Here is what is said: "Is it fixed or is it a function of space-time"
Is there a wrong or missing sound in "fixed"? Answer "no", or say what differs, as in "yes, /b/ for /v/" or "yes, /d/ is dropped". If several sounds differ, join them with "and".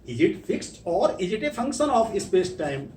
no